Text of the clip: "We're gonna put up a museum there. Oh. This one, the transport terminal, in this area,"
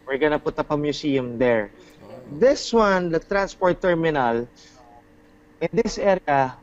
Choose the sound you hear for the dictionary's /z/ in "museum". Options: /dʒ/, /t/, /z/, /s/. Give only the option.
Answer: /s/